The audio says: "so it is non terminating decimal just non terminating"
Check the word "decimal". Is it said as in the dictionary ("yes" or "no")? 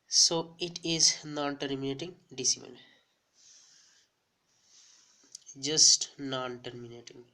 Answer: no